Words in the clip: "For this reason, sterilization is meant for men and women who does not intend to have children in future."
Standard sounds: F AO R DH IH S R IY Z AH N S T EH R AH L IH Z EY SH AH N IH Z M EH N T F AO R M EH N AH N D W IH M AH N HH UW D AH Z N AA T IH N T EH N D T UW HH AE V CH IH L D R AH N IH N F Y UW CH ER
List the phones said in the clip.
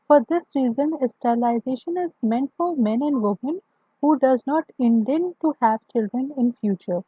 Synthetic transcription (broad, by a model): F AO R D IH S R IY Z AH N S T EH L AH IH Z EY SH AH N IH Z M EH N T F AO R M EH N AH N D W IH M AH N HH UW D AH Z N AA T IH N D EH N T UW HH AE V CH IH L D R AH N IH N F Y UW CH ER